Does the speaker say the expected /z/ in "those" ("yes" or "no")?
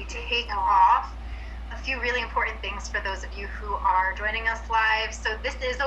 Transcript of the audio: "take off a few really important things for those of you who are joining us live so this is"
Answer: yes